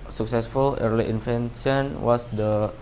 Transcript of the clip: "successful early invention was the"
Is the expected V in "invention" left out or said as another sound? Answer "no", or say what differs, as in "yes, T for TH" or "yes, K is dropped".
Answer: yes, F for V